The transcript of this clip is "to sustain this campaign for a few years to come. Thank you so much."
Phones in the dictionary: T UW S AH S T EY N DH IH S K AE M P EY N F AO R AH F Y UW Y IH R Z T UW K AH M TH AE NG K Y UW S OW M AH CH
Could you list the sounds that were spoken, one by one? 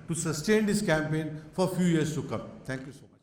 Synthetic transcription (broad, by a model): T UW S AH S T EY N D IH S K AE M P EY N F AO R F Y UW Y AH R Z T UW K AH M T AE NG K Y UW S OW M